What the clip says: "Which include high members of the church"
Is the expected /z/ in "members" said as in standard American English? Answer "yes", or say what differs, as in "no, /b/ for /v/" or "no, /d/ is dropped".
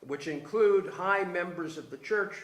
yes